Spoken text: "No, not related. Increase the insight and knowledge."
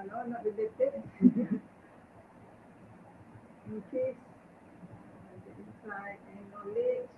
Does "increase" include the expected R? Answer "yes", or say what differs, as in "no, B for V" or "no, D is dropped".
no, R is dropped